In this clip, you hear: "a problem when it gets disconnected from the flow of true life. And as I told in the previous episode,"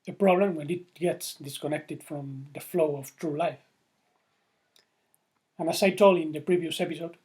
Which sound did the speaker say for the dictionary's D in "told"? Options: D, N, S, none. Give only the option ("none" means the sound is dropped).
none